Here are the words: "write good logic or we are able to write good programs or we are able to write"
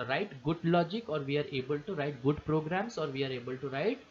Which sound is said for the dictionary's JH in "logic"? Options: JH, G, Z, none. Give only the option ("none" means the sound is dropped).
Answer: JH